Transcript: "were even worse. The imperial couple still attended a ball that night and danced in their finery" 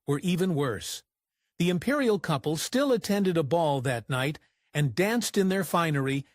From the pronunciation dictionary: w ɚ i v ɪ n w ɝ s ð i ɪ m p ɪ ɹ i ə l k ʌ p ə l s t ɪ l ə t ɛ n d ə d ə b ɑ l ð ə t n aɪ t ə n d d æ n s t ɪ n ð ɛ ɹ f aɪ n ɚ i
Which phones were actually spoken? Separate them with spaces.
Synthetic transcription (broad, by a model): w ɚ i v ɪ n w ɝ s ð i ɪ m p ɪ ɹ i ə l k ʌ p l s t ɪ l ə t ɛ n d ə d ə b ɑ l ð ə t n aɪ t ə n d d æ n s t ɪ n ð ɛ ɹ f aɪ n ɚ i